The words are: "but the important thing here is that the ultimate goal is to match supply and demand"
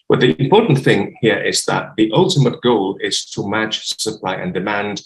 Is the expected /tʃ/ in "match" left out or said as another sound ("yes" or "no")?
yes